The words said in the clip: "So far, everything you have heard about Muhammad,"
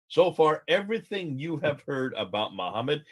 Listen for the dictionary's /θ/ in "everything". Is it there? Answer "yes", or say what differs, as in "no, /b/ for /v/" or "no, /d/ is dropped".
yes